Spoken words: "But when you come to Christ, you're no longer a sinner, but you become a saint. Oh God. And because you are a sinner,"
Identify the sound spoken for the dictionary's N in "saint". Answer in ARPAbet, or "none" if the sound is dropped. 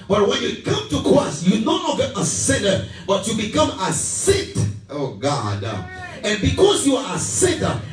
none